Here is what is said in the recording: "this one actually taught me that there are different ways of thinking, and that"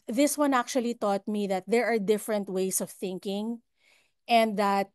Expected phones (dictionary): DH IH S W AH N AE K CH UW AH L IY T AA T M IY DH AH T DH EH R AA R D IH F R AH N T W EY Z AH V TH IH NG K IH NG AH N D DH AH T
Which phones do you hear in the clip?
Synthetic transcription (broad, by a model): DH IH S W AH N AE K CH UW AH L IY T AA T M IY DH AH T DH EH R AA R D IH F R AH N T W EY S AH V TH IH NG K IH NG AH N D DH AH T